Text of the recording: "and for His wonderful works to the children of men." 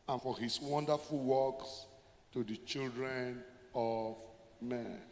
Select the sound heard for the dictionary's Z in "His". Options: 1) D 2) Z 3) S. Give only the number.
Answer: 3